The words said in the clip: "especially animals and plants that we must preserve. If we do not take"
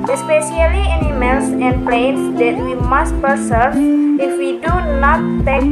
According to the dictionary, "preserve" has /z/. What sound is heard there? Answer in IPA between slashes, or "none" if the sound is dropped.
/s/